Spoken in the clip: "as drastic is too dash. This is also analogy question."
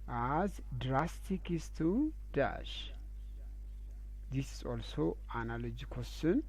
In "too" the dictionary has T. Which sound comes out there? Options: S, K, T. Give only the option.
T